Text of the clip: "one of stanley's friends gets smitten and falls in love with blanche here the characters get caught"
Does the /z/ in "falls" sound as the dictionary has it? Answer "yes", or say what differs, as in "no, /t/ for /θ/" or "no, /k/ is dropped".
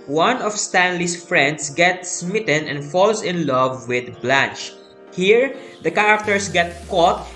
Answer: no, /s/ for /z/